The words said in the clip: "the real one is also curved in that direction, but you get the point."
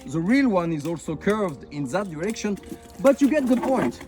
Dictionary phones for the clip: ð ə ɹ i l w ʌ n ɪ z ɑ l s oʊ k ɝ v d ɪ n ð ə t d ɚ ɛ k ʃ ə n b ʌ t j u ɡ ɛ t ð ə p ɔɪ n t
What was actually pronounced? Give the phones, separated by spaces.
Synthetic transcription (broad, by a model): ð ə ɹ i l w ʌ n ɪ z ɑ l s oʊ k ɝ v d ɪ n ð ə t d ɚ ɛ k ʃ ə n b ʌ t j u ɡ ɛ t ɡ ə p ɔɪ n t